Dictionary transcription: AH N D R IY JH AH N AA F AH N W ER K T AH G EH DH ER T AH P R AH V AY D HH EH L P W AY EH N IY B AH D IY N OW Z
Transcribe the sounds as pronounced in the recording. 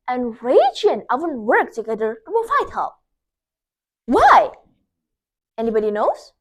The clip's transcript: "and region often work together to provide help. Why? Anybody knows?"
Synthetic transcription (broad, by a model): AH N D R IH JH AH N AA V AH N W ER K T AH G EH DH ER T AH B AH F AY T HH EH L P W AY EH N IY B AH D IY N OW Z